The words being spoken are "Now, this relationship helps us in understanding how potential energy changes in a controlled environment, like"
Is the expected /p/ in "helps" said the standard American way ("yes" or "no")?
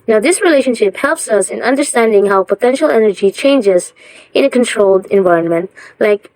yes